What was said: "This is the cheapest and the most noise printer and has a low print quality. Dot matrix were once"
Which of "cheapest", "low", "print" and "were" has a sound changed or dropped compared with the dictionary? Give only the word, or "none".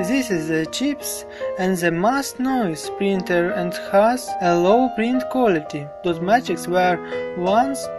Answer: cheapest